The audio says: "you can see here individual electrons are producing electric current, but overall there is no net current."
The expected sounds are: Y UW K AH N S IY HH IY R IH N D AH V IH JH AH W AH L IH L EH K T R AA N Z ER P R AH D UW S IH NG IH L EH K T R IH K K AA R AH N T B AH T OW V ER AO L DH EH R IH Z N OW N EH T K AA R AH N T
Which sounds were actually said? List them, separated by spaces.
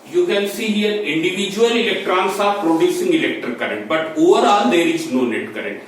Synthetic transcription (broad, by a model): Y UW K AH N S IY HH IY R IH N D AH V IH JH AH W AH L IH L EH K T R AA N S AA P R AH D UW S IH NG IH L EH K T IH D K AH R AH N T B AH T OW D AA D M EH R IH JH N OW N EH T K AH R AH N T